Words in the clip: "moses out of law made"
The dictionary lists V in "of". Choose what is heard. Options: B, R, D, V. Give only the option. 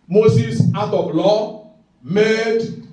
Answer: B